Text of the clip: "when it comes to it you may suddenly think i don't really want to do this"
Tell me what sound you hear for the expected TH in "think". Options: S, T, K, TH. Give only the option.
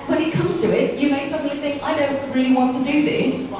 TH